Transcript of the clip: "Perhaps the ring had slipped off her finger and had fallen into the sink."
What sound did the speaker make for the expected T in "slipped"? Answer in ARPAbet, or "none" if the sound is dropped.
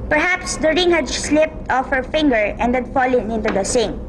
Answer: T